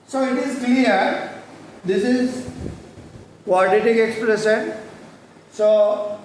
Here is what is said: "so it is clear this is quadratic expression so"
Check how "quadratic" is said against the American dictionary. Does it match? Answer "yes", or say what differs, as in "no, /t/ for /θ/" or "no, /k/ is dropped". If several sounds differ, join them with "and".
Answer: no, /ɹ/ is dropped